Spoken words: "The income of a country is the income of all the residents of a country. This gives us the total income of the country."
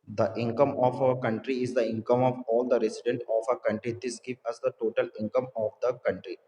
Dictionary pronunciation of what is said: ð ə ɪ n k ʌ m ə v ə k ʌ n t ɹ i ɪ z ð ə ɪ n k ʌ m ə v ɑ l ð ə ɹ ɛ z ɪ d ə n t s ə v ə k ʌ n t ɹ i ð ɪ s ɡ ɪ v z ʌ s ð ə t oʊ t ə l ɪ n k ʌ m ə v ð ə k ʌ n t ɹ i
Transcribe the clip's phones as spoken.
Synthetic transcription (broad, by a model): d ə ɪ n k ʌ m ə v ə k ʌ n t ɹ i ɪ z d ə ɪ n k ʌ m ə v ɑ l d ə ɹ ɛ s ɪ d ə n t ə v ə k ʌ n t ɹ i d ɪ s ɡ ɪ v ʌ s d ə t oʊ t ə l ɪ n k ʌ m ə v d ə k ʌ n t ɹ i